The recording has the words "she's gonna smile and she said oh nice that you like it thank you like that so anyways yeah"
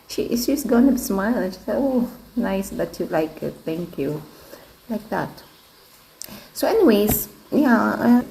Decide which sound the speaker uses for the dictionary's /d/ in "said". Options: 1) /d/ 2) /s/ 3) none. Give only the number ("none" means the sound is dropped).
3